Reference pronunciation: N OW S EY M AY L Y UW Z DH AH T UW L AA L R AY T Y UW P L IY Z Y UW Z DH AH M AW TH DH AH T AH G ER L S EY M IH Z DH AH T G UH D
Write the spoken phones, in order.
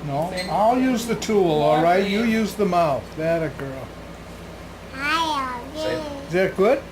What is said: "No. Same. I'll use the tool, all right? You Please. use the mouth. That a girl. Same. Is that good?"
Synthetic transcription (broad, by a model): N OW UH AY L Y UW Z DH AH T UW L AA L R AY T Y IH Y UW Z DH AH M AW TH DH AH T AH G ER L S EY IH Z DH AH T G UH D